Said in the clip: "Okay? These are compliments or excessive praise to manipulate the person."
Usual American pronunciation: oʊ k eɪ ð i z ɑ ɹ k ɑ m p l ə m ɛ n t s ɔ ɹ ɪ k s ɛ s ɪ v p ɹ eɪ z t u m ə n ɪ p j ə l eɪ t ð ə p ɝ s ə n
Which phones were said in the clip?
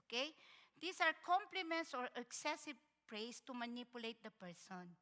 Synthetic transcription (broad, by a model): k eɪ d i s ɑ ɹ k ɑ m p l ə m ɛ n t s ɔ ɹ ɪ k s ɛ s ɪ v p ɹ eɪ s t u m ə n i p j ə l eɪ t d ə p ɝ s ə n